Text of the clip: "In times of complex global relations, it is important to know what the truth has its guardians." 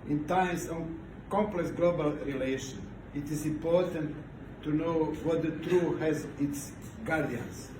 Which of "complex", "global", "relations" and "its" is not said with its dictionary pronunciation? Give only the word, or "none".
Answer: relations